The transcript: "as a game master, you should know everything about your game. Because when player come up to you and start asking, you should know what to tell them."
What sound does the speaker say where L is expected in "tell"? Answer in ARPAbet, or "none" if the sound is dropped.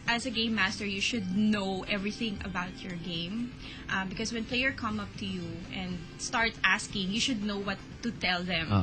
L